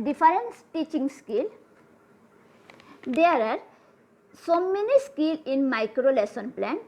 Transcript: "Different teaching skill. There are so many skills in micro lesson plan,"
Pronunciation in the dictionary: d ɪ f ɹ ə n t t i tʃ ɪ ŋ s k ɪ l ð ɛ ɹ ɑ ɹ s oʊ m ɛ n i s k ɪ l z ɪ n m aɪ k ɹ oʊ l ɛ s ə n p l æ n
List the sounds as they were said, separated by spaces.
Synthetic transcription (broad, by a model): d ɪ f ɹ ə n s t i tʃ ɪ ŋ s k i l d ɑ ɹ ɑ ɹ s oʊ m ɛ n i s k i l ɪ n m aɪ k ɹ oʊ l ɛ s ə n p l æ n